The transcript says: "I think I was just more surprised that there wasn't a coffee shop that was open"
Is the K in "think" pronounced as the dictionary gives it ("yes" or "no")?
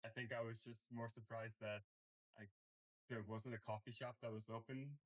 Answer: yes